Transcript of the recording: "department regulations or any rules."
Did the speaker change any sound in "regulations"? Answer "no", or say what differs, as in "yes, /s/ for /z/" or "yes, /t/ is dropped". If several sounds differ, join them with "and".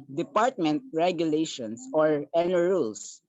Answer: yes, /s/ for /z/